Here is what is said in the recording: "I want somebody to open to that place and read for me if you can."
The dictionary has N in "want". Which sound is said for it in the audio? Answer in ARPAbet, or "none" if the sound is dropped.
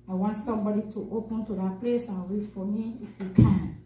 N